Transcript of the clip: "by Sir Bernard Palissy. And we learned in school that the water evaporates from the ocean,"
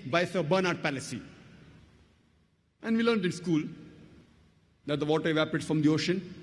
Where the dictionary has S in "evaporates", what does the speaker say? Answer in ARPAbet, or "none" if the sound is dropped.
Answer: none